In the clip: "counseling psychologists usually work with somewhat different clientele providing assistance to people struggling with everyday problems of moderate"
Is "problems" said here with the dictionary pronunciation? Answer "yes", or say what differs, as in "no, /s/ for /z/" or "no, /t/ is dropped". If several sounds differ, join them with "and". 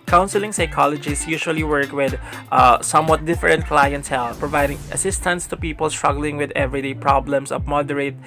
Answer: no, /s/ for /z/